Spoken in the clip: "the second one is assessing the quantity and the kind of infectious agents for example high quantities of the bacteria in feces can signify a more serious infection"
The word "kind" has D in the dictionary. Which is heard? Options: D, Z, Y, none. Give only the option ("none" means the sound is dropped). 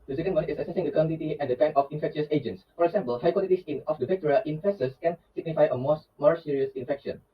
none